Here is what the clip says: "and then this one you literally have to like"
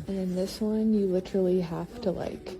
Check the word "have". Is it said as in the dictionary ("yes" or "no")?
no